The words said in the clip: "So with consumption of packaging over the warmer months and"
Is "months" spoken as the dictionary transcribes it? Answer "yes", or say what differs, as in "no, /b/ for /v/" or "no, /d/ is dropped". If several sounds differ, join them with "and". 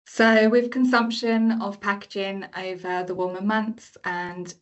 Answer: yes